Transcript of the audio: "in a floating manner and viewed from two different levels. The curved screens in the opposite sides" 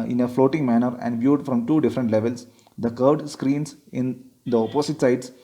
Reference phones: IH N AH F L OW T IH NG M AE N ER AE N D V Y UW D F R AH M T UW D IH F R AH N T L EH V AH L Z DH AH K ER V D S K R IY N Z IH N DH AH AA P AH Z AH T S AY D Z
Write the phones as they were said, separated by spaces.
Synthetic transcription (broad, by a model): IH N AH F L OW T IH NG M AE N ER AE N D V Y UW D F R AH M T UW D IH F R AH N T L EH V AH L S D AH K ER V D S K R IY N S IH N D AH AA P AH S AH T S AY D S